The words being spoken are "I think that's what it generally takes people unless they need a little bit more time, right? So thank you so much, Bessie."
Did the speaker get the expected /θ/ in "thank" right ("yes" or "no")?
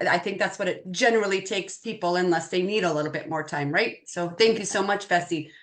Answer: yes